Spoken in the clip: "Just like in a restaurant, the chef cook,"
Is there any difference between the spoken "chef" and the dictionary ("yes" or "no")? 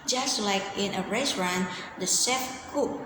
yes